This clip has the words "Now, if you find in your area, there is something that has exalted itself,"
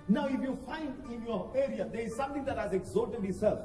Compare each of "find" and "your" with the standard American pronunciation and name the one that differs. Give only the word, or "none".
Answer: none